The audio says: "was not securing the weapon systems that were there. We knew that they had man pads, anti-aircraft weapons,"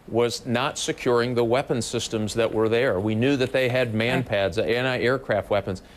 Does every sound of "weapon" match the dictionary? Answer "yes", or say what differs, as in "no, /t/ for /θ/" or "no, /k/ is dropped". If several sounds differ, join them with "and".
yes